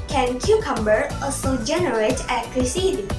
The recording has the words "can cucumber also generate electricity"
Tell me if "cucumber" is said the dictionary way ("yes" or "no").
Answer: yes